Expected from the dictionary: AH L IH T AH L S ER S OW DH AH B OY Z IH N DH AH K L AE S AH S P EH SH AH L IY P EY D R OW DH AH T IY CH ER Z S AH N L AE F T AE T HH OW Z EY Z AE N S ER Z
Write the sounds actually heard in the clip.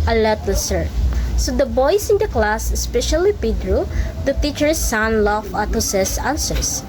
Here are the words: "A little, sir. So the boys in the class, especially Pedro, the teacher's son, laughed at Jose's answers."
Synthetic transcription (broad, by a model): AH L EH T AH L S ER S OW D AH B OY S IH N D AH K L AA S AH S P EH SH AH L IY P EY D R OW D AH T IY CH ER S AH N L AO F AA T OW S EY S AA N S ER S